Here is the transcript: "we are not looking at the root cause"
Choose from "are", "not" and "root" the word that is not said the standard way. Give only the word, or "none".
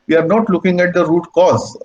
none